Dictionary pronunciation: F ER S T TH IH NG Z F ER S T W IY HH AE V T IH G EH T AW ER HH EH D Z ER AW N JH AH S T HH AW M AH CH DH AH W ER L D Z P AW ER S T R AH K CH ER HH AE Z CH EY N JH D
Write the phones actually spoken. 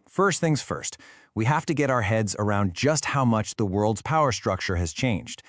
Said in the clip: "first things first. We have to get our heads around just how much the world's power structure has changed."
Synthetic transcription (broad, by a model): F ER S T TH IH NG Z F ER S T W IY HH AE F T IH G EH T AW ER HH EH D Z ER AW N JH AH S T HH AW M AH CH DH AH W ER L D Z P AW ER S T R AH K CH ER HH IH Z CH EY N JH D